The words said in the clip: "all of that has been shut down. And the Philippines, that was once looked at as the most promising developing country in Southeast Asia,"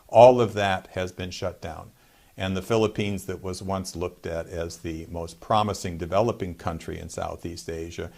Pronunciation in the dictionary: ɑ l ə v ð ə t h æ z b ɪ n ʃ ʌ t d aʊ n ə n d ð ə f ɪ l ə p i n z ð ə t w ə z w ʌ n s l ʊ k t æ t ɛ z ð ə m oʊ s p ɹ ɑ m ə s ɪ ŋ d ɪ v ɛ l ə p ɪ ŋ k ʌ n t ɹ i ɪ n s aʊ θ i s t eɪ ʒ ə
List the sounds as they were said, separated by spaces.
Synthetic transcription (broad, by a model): ɑ l ə v ð ə t h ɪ z b ɪ n ʃ ʌ t d aʊ n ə n ð ə f ɪ l ə p i n z ð ə t w ə z w ʌ n s l ʊ k t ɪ t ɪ z ð ə m oʊ s p ɹ ɑ m ə s ɪ ŋ d ɪ v ɛ l ə p ɪ ŋ k ʌ n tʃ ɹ i ɪ n s aʊ θ i s t eɪ ʒ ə